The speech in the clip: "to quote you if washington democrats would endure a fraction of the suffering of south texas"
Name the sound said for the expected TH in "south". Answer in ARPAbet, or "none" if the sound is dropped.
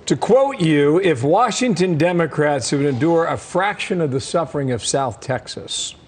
TH